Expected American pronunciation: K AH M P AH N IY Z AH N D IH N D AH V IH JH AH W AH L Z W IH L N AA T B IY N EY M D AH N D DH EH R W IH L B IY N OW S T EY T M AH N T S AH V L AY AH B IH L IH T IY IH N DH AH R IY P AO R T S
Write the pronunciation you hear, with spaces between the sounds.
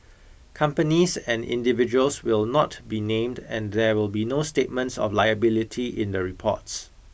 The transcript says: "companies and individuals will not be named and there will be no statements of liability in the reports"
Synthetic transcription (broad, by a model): K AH M P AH N IY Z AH N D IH N D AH V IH JH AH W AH L S W IH L N AA T B IY N EY M D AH N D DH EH W IH L B IY N OW S T EY T M AH N T S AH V L AY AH B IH L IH T IY IH N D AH R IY P AO T S